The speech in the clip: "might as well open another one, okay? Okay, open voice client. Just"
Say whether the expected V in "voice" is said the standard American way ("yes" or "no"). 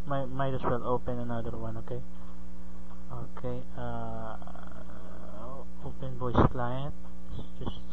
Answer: no